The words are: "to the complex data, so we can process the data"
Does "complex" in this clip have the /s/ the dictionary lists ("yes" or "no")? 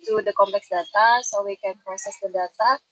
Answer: yes